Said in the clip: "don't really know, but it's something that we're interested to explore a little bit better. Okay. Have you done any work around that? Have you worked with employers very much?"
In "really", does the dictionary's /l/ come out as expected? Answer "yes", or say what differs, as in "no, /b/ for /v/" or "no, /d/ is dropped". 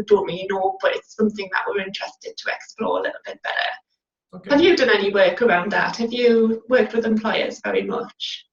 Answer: no, /l/ is dropped